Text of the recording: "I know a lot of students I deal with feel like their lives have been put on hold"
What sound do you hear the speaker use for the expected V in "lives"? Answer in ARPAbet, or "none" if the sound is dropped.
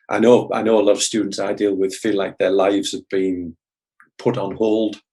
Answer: V